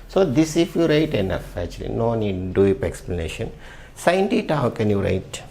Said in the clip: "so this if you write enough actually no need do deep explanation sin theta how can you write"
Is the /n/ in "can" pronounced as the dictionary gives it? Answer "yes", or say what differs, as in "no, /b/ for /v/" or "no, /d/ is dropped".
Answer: yes